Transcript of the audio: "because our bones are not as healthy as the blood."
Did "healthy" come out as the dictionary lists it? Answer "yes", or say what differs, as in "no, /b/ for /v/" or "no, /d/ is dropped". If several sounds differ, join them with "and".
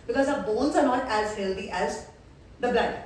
no, /t/ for /θ/